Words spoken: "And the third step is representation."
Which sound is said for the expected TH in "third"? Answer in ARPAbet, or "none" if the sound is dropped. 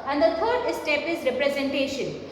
T